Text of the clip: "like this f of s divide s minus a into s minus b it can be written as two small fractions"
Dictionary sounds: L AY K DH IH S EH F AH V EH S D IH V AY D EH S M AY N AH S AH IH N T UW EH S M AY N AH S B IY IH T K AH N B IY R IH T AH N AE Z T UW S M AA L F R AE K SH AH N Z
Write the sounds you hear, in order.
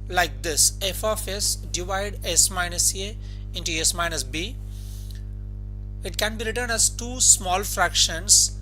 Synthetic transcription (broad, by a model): L AY K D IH S EH F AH F EH S D IH V AY D EH S M AY N AH S AH IH N T UW EH S M AY N AH S B IY IH T K AH N B IY R IH T AH N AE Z T UW S M AA L F R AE K SH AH N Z